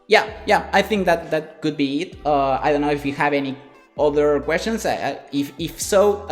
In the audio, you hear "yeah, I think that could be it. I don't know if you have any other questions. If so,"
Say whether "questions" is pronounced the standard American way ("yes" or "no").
no